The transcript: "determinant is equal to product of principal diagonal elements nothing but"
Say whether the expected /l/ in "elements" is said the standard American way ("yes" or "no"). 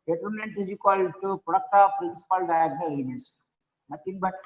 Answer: no